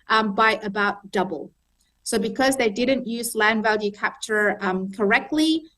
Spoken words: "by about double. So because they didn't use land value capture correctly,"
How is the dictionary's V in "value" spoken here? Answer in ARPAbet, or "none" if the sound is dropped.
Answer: V